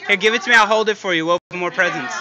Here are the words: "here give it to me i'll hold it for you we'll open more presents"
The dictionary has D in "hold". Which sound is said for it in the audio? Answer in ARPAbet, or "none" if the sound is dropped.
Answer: D